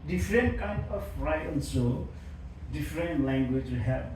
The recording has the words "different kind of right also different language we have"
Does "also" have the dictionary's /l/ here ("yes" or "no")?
no